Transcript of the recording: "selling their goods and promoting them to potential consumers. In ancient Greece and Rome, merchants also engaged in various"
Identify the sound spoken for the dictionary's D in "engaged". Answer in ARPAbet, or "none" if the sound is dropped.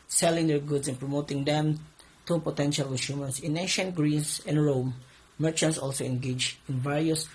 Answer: none